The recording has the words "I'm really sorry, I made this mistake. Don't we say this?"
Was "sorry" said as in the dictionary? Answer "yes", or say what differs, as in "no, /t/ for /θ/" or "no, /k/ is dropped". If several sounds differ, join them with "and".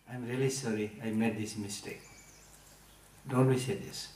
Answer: yes